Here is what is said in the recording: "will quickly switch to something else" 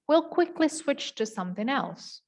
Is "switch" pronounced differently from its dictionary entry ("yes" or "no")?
no